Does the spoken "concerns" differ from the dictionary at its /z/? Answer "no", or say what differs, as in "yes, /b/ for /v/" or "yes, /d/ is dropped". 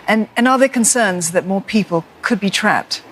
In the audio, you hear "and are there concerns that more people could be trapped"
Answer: no